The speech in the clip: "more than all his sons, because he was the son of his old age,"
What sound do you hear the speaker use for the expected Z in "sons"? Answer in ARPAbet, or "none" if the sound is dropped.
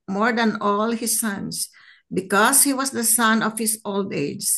S